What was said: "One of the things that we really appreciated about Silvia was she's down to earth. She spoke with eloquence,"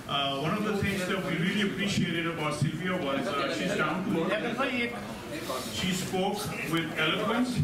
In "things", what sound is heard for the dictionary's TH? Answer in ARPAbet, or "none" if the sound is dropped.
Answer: T